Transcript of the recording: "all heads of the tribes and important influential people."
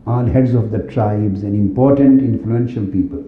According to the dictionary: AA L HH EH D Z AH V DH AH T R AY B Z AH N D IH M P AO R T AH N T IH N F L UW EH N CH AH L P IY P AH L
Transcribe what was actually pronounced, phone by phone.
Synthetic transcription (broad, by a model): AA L HH EH D Z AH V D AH T R AY B Z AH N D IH M P AO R T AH N T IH N F L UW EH N SH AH L P IY P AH L